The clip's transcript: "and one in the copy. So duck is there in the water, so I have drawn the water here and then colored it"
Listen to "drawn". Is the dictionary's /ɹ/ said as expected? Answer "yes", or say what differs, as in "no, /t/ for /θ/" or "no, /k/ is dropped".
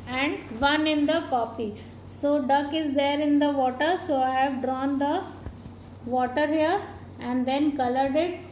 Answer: yes